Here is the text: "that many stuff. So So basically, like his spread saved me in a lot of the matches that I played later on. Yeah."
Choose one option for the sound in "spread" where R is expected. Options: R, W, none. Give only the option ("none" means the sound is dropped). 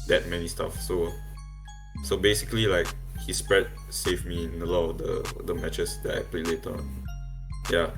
R